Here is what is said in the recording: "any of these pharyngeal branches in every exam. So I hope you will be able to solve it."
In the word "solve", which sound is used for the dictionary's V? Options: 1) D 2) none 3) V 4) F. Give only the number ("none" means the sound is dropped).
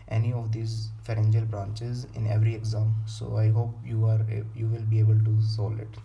2